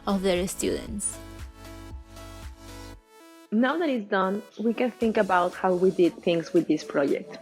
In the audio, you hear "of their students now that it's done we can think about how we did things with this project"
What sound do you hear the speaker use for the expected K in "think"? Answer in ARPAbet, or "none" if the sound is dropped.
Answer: K